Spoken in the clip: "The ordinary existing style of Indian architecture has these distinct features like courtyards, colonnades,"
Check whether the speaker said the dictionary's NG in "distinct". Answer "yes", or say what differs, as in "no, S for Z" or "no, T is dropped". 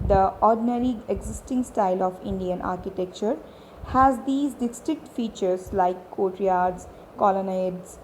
no, NG is dropped